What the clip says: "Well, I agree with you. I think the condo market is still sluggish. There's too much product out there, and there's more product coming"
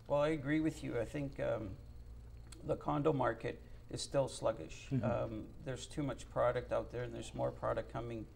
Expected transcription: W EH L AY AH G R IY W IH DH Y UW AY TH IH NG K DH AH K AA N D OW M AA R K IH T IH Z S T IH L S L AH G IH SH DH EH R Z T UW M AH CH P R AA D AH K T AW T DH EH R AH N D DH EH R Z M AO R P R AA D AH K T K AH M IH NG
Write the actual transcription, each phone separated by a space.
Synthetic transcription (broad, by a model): W EH L AY AH G R IY W IH DH Y UW AY TH IH NG K DH AH K AA N D OW M AA R K IH T IH Z S T IH L S L AH G IH SH DH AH R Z T UW M AH CH P R AA D AH K T AW T DH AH R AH N DH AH R Z M AO R P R AA D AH K K AH M IH NG